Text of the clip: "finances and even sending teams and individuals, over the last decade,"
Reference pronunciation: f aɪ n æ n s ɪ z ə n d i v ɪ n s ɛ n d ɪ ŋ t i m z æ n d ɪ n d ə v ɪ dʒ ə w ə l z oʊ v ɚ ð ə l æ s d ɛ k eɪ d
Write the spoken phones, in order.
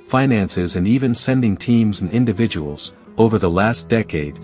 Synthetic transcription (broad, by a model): f aɪ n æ n s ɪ z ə n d i v ɪ n s ɛ n d ɪ ŋ t i m z n ɪ n d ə v ɪ dʒ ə w l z oʊ v ɚ ð ə l æ s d ɛ k eɪ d